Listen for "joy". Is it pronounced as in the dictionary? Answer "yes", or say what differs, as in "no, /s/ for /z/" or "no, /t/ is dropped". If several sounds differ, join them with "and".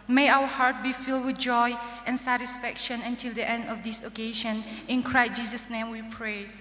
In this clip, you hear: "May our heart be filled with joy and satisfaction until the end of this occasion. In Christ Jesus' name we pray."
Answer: yes